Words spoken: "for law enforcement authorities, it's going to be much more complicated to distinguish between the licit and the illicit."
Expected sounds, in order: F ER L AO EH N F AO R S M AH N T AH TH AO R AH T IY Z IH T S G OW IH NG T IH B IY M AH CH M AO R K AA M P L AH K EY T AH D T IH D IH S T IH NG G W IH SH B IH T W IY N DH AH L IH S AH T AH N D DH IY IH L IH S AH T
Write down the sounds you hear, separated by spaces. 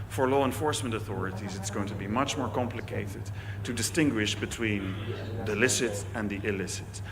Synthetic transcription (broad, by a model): F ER L AO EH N F AO R S M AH N T AH TH AO R AH T IY Z IH T S G OW IH NG T IH B IY M AH CH M AO R K AA M P L AH K EY T AH D T IH D IH S T IH NG G W IH SH B IH T W IY N DH AH L IH S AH T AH N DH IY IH L IH S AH T